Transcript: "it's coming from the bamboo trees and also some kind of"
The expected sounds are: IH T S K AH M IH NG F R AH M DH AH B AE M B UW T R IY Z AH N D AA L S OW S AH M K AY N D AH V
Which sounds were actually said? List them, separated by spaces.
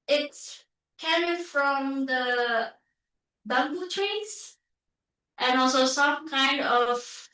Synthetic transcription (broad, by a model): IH T S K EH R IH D F R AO M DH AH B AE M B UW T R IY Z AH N AA L S OW S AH M K AY N D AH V